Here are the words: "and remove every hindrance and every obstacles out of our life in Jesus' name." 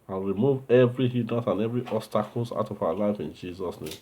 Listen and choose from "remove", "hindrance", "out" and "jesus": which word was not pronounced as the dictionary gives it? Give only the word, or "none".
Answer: hindrance